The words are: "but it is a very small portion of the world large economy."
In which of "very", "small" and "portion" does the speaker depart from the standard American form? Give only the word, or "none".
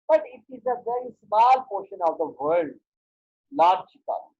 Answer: none